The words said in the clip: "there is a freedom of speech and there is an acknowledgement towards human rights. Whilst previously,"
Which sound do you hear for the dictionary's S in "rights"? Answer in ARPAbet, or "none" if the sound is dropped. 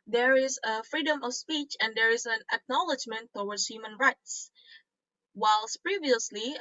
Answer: S